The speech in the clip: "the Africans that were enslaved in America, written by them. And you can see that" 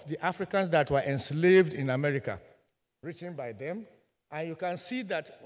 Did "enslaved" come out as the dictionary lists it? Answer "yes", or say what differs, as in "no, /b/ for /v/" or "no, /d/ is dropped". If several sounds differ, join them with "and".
yes